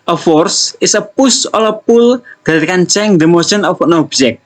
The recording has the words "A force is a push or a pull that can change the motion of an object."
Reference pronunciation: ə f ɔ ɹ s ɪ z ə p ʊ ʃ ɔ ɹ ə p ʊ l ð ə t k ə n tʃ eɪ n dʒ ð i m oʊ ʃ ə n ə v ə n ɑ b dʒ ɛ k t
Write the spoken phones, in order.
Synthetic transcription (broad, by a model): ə f ɔ ɹ s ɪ s ə p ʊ s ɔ l ə p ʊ l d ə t k ə n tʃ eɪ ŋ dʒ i m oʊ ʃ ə n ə f ə n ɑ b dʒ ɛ k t